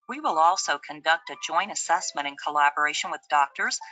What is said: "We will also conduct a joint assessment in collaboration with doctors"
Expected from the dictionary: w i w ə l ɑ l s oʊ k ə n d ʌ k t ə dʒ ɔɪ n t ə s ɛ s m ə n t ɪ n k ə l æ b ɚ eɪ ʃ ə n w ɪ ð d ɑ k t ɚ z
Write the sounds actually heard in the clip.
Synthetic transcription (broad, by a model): w i w ə l ɑ l s oʊ k ə n d ʌ k t ə dʒ ɔɪ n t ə s ɛ s m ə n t ɪ n k ə l æ b ɚ eɪ ʃ ə n w ɪ ð d ɑ k t ɚ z